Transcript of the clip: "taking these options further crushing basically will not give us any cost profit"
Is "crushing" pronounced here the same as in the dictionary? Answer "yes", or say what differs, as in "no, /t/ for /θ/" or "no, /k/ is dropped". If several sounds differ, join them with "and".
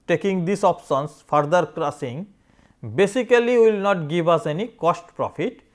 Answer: no, /s/ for /ʃ/